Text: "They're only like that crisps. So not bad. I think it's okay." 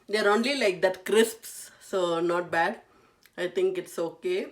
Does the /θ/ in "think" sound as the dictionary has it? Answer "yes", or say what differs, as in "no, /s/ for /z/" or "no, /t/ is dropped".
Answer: no, /t/ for /θ/